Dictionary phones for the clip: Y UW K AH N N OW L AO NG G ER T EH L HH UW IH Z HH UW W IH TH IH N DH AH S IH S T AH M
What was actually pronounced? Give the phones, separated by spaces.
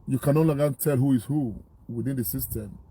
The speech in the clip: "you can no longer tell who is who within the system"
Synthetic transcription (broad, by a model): Y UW K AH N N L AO G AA T EH L HH UW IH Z HH UW W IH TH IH N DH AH S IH S T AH M